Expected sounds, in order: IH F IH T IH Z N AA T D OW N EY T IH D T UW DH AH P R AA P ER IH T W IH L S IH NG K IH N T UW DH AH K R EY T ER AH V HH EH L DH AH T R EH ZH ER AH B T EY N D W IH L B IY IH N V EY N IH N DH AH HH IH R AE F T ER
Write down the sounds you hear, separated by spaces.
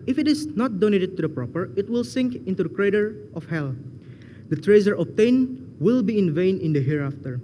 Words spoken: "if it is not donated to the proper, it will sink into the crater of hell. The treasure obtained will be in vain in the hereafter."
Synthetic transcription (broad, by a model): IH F IH T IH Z N AA T D OW N EY T IH D T UW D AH P R AA P ER IH T W IH L S IH NG K IH N T UW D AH K R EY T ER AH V HH EH L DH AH T R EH Z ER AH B T EY N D W IH L B IY IH N V EY N IH N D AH HH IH R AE F T ER